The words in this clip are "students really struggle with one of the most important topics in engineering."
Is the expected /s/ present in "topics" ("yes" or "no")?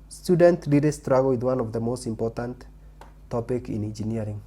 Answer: no